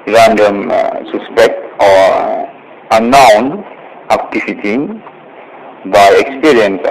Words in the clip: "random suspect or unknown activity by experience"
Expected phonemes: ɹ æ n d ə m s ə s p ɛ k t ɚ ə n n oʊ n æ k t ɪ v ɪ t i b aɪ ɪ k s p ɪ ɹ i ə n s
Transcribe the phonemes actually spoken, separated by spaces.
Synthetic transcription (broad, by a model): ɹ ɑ n d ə m s ə s p ɛ k t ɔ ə n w n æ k t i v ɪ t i b aɪ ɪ k s p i ɹ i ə n s